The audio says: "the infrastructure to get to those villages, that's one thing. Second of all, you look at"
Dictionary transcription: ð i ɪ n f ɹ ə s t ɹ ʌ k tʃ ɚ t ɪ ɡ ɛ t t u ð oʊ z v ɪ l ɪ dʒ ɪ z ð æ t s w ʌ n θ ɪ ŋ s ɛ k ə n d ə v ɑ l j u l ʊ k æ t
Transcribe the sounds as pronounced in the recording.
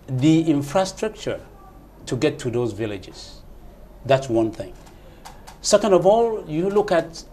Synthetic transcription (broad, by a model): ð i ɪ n f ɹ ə s t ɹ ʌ k tʃ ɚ t ɪ ɡ ɛ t t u ð oʊ z v ɪ l ɪ dʒ ɪ z ð æ t s w ʌ n θ ɪ ŋ s ɛ k ə n d ə v ɑ l j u l ʊ k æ t